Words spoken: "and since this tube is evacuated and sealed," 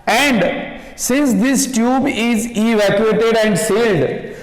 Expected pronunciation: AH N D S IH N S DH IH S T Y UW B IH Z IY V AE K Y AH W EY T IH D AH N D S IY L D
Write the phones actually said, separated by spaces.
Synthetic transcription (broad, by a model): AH N D S IH N S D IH S T Y UW B IH Z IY V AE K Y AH EY T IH D AH N D S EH L D